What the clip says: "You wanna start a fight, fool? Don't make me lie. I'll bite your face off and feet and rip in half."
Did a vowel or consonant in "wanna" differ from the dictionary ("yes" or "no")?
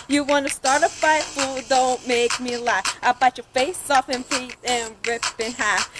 no